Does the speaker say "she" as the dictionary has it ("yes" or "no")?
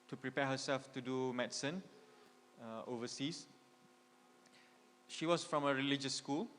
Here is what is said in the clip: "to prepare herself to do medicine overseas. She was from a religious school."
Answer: yes